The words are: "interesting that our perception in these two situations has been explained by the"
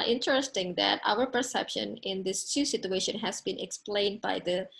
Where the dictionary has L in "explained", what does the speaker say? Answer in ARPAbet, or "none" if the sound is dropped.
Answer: L